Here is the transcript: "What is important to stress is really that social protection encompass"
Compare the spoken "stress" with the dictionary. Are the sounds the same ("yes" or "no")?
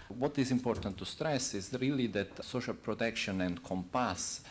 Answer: yes